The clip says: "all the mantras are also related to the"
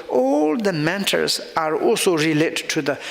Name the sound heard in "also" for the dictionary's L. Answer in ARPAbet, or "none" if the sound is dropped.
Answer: L